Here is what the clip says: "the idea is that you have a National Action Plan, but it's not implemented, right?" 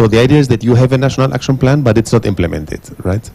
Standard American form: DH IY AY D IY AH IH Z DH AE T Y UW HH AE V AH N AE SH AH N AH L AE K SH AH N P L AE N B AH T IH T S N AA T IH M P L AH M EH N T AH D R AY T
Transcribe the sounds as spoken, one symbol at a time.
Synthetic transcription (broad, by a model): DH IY AY D IY AH IH Z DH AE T Y UW HH AE V AH N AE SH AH N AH L AE K SH AH N P L AE N B AH T IH T S N AA T IH M P L AH M EH N T AH D R AY T